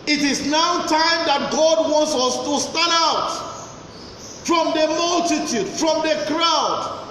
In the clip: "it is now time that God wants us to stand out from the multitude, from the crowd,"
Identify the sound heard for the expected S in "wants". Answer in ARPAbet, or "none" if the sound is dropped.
S